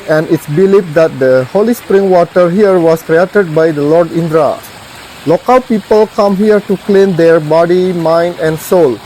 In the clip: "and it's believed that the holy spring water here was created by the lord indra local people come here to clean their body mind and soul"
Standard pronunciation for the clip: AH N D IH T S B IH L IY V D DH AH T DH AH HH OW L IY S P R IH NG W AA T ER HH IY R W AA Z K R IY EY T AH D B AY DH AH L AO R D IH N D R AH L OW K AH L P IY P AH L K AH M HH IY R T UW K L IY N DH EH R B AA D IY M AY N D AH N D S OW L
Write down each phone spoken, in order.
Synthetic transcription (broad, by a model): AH N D IH T S B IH L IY F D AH T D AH HH OW L IY S P R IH NG W AA T ER HH IY R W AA S K R IY EY T AH D B AY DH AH L AO R D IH N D R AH L OW K AH L P IY P AH L K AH M HH IY R T UW K L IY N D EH R B AA D IY M AY N D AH N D S OW L